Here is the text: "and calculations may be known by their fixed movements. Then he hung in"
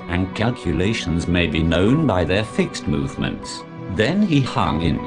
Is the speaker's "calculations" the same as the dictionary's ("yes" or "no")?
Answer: yes